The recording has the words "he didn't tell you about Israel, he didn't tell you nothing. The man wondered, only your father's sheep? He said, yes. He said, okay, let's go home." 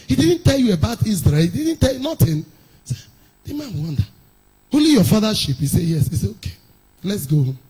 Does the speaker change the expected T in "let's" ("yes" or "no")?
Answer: no